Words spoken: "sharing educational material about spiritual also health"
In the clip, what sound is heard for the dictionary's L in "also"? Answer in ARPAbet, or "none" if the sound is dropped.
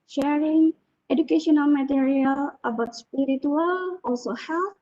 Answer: none